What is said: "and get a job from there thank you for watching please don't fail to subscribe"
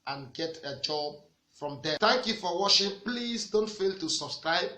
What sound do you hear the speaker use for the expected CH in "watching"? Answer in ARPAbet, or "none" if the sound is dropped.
SH